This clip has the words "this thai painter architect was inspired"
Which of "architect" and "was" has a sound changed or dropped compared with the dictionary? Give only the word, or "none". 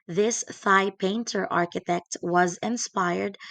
none